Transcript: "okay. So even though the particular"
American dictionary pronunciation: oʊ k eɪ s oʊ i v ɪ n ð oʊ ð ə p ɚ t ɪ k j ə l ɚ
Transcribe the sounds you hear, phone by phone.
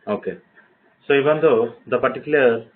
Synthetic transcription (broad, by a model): oʊ k eɪ s oʊ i b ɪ n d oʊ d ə p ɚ t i k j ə l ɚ